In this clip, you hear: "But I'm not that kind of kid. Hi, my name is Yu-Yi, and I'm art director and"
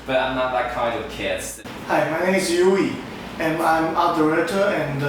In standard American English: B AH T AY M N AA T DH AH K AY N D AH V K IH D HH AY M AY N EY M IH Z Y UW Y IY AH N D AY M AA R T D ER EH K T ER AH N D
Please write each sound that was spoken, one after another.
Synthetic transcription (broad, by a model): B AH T AY M N AA T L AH K AY N D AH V K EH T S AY M AY N EY M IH S Y UW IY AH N AY M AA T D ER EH T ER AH N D